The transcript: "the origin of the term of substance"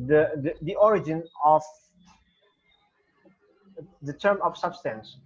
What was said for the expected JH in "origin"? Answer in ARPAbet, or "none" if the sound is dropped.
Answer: JH